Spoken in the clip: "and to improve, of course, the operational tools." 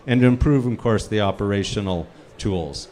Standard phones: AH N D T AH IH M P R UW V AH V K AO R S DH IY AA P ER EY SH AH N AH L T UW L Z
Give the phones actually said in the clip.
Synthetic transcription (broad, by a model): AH N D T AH IH M P R UW V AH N K AO R S DH IY AA P ER EY SH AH N L T UW L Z